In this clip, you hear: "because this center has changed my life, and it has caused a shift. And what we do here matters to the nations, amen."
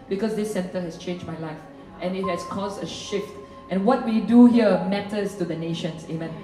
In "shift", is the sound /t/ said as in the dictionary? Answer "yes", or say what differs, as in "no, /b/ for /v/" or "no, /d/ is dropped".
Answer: yes